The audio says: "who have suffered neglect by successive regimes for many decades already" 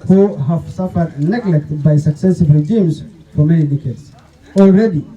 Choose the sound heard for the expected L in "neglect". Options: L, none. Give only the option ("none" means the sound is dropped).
L